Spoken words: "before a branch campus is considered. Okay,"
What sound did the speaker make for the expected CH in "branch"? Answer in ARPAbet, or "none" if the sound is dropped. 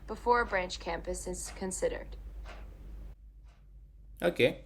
CH